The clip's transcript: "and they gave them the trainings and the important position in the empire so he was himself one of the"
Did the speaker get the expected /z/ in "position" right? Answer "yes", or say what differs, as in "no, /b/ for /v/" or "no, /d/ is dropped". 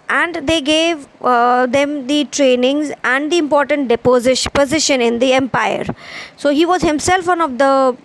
yes